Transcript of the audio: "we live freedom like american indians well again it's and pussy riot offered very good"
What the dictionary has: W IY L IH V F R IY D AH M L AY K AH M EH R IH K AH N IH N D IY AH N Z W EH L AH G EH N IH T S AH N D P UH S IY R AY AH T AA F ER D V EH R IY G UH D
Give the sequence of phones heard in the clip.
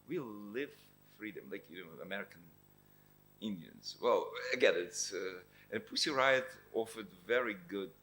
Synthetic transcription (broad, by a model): W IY L IH V F R IY D AH M L AY K AH M EH R IH K AH N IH N D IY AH N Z W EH L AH G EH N IH T S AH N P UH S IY R AY AH T AA F ER D V EH R IY G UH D